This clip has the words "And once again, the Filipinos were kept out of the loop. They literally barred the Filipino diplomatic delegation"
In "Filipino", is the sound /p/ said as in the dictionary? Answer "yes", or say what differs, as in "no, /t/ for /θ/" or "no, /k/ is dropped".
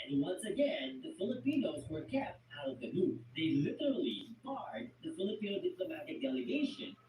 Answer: yes